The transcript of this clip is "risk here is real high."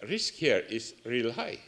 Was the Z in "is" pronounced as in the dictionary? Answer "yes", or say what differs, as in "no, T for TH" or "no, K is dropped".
no, S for Z